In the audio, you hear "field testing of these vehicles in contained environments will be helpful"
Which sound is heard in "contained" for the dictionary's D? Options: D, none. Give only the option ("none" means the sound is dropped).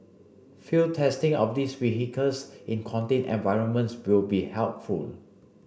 none